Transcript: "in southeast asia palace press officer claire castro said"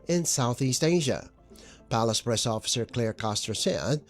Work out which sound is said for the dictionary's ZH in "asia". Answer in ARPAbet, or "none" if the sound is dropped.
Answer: ZH